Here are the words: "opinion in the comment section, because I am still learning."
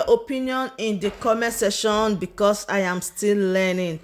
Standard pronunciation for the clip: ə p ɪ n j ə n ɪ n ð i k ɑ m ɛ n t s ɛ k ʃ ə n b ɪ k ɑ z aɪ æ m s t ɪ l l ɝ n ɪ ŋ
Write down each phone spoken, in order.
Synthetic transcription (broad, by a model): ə p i n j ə n ɪ n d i k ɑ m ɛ s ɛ ʃ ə n b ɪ k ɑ s aɪ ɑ m s t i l l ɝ n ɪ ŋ